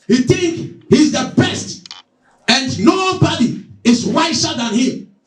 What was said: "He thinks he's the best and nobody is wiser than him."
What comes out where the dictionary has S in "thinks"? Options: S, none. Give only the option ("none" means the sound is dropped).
none